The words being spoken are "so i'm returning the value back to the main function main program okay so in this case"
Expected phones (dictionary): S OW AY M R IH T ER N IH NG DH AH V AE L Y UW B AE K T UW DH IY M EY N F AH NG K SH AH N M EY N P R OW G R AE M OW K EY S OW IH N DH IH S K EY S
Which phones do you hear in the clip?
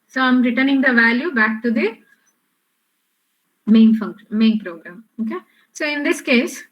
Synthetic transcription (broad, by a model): S OW AY M R IH T ER N IH NG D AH V AE L Y UW B AE K T UW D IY M EY N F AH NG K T M EY N P R OW G R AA M OW K EY S OW IH N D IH S K EY S